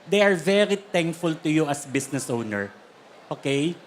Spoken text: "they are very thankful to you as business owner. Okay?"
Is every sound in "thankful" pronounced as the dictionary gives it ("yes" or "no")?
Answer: no